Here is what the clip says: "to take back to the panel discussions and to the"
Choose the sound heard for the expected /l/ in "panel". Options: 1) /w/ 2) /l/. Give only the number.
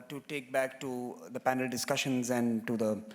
2